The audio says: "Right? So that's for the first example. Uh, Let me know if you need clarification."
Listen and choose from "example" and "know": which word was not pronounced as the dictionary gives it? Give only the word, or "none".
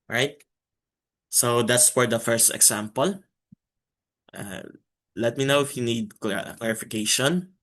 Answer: example